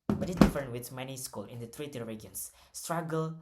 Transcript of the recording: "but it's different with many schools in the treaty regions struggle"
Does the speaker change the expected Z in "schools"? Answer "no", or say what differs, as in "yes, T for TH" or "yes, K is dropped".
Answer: yes, Z is dropped